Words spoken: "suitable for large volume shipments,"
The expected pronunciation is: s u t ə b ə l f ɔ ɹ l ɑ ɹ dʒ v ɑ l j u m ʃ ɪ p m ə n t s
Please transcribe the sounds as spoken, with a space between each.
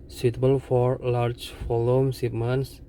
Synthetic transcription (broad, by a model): s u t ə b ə l f ɔ ɹ l ɑ ɹ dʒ f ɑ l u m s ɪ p m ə n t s